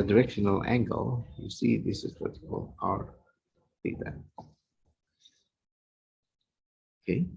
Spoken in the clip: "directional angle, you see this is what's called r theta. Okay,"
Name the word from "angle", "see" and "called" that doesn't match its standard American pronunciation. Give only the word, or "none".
called